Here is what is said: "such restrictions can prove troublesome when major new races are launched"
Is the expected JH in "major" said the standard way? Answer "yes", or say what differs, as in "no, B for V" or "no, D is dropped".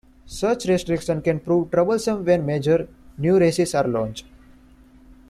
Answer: yes